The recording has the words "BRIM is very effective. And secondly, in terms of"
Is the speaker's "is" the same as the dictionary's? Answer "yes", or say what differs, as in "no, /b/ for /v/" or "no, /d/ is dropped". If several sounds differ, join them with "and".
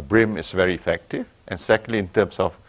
no, /s/ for /z/